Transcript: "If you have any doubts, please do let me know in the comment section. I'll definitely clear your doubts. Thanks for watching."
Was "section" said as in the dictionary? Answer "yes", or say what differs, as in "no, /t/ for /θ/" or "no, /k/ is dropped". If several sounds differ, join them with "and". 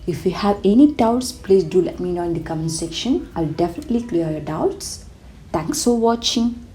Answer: yes